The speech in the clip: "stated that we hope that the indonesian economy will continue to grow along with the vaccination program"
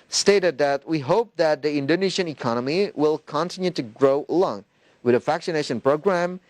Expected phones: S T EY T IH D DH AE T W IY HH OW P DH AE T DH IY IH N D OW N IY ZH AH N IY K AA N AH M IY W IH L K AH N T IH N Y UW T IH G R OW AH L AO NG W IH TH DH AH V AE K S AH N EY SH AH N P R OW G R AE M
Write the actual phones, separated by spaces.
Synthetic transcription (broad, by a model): S T EY T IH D DH AE T W IY HH OW P DH AE T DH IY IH N D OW N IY SH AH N IY K AA N AH M IY W IH L K AH N T IH N Y UW T IH G R OW AH L AO NG W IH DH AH F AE K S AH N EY SH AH N P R OW G R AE M